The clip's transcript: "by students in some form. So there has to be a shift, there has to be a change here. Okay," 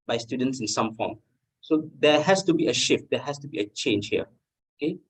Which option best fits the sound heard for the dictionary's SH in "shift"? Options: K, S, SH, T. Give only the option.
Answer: SH